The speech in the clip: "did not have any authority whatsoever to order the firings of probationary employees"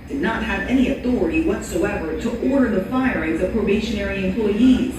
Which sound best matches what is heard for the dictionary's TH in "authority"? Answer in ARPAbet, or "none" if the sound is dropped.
TH